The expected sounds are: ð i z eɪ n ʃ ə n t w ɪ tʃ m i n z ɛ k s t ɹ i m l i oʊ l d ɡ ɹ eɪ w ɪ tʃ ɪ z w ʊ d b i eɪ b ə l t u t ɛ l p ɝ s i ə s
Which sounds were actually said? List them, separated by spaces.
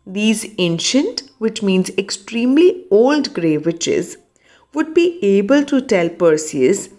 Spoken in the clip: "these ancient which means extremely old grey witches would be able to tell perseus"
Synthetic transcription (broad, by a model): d i z eɪ n ʃ ə n t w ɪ tʃ m i n z ɛ k s t ɹ i m l i oʊ l d ɡ ɹ eɪ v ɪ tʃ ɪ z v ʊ d b i eɪ b ə l t u t ɛ l p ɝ s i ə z